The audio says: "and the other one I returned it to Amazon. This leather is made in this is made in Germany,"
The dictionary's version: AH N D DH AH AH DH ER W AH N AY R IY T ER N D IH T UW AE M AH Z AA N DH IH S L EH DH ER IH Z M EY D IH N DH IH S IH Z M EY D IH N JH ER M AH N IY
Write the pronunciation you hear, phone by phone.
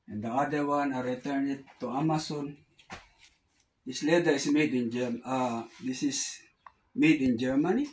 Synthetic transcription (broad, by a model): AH N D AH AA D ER W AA N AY R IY T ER N IH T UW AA M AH S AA N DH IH S L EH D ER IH S M EY D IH N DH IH S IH S M EY D IH N JH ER M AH N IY